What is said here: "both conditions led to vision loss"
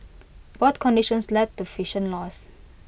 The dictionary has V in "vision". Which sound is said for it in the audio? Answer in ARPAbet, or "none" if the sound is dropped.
F